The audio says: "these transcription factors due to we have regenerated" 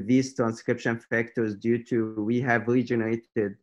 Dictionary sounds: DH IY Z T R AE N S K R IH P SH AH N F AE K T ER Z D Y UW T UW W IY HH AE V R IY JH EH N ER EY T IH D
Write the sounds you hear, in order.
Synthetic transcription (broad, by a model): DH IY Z T R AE N S K R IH P SH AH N F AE K T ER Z D Y UW T UW W IY HH AE V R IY JH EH N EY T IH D